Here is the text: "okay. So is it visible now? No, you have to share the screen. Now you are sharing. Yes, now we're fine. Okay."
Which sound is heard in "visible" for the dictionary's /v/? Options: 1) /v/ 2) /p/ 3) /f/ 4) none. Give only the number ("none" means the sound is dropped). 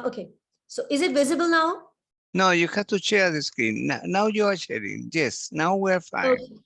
1